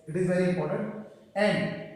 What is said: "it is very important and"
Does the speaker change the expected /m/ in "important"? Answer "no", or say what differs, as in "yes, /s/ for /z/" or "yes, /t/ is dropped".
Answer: yes, /m/ is dropped